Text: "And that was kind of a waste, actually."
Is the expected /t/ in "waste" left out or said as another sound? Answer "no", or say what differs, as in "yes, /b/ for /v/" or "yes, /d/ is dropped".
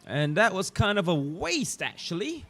no